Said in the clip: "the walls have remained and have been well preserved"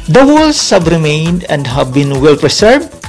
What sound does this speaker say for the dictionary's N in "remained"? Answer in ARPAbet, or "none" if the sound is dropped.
N